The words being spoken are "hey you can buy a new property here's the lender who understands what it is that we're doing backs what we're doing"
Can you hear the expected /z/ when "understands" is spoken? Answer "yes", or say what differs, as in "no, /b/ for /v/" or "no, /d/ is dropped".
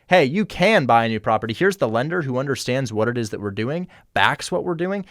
yes